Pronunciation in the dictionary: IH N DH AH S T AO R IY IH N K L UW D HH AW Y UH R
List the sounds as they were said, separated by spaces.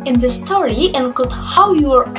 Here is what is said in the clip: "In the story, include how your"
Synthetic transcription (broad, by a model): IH N DH AH S T AO R IY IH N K UW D HH AW Y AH R